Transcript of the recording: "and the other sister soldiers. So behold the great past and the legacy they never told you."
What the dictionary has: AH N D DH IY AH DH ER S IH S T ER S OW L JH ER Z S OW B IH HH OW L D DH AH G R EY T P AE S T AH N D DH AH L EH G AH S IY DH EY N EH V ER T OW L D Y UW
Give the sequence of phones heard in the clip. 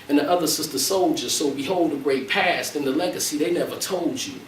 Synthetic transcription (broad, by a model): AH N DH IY AH DH ER S IH S T ER S OW L JH ER Z S OW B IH HH OW L D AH G R EY T P AE S T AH N DH AH L EH G AH S IY DH EY N EH V ER T OW L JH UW